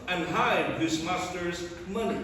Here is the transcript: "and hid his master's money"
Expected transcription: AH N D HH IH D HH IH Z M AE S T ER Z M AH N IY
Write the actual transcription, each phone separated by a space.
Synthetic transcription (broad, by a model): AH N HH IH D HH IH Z M AE S T ER Z M AH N IY